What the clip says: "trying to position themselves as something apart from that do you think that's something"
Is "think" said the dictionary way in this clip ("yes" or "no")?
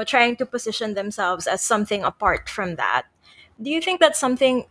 yes